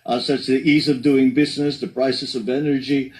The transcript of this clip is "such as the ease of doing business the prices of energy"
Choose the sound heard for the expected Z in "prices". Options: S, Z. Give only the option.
S